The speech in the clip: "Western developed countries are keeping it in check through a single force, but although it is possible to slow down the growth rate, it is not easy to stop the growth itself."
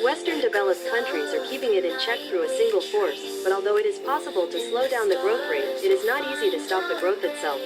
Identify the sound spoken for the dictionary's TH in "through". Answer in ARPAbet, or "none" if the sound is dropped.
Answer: TH